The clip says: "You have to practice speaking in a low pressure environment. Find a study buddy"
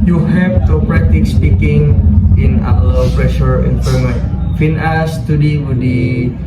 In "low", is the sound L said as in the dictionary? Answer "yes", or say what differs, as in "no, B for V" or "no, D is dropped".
no, W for L